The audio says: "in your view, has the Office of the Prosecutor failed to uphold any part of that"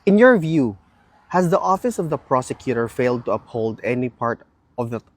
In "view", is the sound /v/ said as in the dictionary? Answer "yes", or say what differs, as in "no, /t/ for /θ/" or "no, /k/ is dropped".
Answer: yes